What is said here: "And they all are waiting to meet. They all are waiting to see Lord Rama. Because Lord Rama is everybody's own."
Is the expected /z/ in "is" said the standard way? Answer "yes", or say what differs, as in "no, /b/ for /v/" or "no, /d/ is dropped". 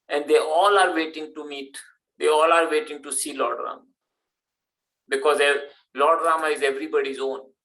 yes